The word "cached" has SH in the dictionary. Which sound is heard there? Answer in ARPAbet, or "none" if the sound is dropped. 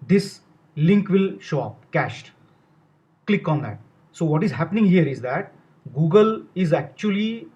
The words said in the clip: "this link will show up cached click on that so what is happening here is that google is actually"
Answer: SH